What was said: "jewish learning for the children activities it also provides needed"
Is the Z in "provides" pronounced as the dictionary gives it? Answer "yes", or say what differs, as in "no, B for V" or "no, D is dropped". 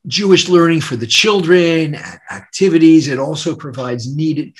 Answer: yes